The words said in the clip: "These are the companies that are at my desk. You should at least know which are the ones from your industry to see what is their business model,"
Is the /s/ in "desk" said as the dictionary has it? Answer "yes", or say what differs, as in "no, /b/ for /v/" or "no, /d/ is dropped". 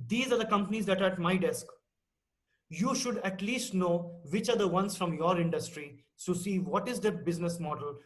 yes